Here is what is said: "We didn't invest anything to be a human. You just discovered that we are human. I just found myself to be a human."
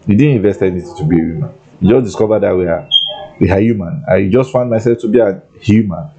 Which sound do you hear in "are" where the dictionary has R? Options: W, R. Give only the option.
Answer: W